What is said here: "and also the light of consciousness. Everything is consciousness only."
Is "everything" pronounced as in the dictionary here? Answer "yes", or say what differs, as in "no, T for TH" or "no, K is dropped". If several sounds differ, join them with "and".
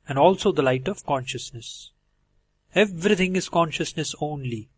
no, T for TH